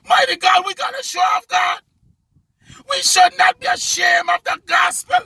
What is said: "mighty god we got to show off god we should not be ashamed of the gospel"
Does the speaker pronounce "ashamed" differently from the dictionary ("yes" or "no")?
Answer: yes